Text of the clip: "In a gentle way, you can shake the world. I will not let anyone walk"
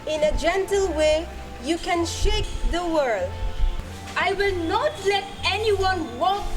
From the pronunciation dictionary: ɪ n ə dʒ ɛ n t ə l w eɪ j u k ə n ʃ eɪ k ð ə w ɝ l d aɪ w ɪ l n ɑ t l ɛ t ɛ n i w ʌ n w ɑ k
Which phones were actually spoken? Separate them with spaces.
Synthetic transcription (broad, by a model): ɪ n ə dʒ ɛ n t ə l w eɪ j u k ə n ʃ eɪ k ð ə w ɝ l d aɪ w ɪ l n ɑ t l ɛ t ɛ n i w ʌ n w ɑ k